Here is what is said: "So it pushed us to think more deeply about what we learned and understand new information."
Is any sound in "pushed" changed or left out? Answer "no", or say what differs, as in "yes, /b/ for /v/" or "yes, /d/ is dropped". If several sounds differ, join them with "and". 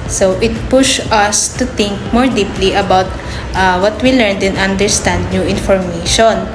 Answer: yes, /t/ is dropped